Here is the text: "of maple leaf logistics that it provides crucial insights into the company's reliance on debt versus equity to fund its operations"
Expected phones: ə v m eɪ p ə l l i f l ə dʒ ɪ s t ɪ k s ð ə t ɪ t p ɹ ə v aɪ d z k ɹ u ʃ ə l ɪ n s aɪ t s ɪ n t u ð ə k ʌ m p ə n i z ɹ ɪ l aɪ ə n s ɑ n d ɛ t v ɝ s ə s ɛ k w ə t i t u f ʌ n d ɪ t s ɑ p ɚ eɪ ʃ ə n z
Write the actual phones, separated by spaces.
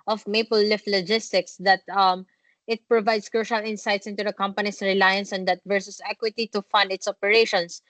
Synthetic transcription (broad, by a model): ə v m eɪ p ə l l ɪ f l ə dʒ ɪ s t ɪ k s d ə t ɪ t p ɹ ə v aɪ d s k ɹ u ʃ ə l ɪ n s aɪ t s ɪ n t u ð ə k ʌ m p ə n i s ɹ ɪ l aɪ ə n s ɑ n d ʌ t v ɝ s ə s ɛ k w ə t i t u f ʌ n d ɪ t s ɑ p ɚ eɪ ʃ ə n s